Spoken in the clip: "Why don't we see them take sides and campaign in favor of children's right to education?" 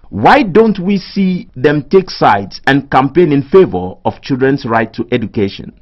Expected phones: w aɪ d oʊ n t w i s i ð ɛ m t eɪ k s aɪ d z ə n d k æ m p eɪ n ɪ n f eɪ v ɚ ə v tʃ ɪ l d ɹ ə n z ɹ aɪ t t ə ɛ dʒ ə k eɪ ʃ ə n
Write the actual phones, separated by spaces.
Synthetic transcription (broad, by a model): w aɪ d oʊ n t w i s i ð ɛ m t eɪ k s aɪ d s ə n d k æ m p eɪ n ɪ n f eɪ v ɚ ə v tʃ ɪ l d ɹ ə n s ɹ aɪ t t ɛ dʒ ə k eɪ ʃ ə n